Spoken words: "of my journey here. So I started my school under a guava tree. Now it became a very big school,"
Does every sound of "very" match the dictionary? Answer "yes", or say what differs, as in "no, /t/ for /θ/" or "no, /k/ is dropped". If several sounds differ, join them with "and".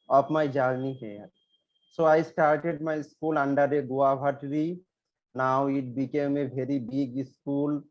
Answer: no, /b/ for /v/